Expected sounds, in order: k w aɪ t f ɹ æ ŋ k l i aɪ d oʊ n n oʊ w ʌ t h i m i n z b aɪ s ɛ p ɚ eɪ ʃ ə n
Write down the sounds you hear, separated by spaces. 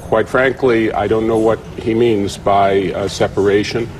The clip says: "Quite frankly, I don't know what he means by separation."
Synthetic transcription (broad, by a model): k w aɪ t f ɹ æ ŋ k l i aɪ d oʊ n n oʊ w ʌ t h i m i n z b aɪ s ɛ p ɚ eɪ ʃ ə n